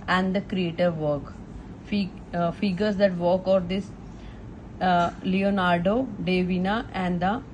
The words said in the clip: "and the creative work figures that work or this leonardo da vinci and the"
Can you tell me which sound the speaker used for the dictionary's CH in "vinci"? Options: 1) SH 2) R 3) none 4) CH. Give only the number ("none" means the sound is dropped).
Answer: 3